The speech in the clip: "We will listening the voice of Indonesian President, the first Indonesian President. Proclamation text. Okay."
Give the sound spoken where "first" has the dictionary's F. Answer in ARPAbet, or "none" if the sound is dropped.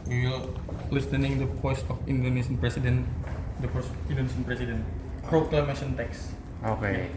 P